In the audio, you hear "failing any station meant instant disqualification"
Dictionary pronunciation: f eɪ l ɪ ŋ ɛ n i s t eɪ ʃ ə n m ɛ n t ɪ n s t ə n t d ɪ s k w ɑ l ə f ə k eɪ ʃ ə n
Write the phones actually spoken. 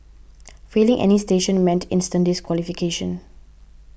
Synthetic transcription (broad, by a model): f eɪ l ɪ ŋ ɛ n i s t eɪ ʃ ə n m ɛ n t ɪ n s t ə n d ɪ s k w ɑ l ə f ə k eɪ ʃ ə n